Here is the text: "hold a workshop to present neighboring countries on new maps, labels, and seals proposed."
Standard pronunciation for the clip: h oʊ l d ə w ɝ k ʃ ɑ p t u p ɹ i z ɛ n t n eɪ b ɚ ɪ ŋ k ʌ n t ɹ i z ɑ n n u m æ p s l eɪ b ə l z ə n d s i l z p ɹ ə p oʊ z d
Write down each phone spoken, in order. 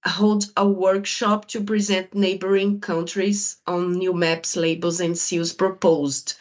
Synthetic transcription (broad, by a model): h oʊ l d ə w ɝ k ʃ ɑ p t u p ɹ i z ɛ n t n eɪ b ɚ ɪ ŋ k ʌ n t ɹ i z ɑ n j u m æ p s l eɪ b ə l z ə n d s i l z p ɹ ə p oʊ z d